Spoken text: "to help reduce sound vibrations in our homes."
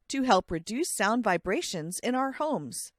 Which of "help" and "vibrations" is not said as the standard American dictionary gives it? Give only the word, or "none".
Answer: none